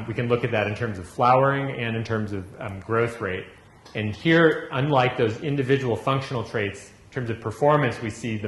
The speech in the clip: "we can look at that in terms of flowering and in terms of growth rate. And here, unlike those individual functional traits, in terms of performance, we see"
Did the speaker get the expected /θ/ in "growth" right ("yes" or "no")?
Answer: yes